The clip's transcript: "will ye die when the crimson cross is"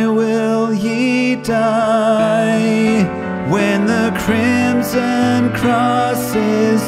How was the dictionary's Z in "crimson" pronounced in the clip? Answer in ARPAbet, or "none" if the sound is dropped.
Z